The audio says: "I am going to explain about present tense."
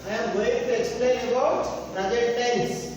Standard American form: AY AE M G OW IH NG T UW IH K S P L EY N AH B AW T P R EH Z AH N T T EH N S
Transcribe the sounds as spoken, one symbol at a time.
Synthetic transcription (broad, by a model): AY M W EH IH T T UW IH K S P L EY N AH B AW T B R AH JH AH T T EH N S